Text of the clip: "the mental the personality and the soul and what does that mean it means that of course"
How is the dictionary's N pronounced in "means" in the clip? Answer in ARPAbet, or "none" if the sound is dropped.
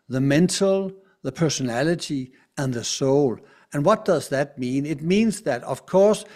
N